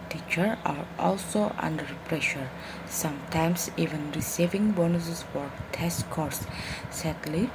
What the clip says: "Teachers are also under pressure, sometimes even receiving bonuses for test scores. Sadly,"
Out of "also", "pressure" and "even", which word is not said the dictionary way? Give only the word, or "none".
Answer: none